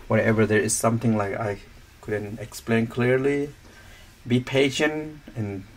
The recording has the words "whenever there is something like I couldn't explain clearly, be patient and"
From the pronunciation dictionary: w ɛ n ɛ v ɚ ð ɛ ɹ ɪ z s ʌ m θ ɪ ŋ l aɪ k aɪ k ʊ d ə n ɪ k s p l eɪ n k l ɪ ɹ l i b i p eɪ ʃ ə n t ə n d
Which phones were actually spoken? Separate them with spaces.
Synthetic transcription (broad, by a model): w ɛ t ɛ v ɚ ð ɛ ɹ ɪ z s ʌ m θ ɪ ŋ l aɪ k aɪ k ʊ d ə n ɪ k s p l eɪ n k l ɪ ɹ l i b i p eɪ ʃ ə n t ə n